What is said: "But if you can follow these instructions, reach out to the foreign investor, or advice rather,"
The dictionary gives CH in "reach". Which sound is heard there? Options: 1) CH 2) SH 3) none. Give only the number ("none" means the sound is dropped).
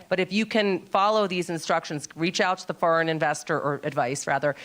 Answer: 1